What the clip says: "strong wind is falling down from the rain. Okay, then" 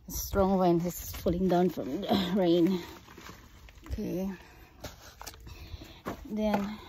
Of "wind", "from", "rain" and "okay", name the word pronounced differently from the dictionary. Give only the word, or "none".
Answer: wind